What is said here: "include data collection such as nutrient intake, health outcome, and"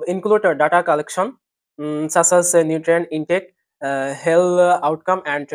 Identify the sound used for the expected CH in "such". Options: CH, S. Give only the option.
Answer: S